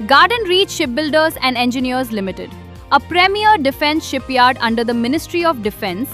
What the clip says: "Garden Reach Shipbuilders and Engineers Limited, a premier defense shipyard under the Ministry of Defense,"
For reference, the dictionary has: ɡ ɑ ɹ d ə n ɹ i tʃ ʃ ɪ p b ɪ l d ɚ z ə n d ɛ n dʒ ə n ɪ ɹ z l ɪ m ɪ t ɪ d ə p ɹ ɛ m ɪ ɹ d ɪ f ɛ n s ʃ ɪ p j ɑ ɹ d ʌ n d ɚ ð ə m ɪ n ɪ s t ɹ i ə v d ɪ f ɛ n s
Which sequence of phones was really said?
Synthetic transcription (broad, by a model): ɡ ɑ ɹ d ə n ɹ i tʃ ʃ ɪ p b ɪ l d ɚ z ə n d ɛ n dʒ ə n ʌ ɹ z l ɪ m ɪ t ɪ d ə p ɹ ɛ m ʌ ɹ d ɪ f ɛ n s ʃ ɪ p j ɑ ɹ d ʌ n d ɚ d ə m ɪ n ɪ s t ɹ i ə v d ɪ f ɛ n s